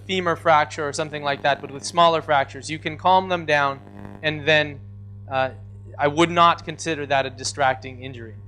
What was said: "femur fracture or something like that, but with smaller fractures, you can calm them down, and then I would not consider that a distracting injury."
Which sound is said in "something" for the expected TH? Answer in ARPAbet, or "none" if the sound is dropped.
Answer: TH